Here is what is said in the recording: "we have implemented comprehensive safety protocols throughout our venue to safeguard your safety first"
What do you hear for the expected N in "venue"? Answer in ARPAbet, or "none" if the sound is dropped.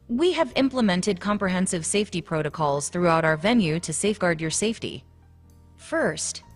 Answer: N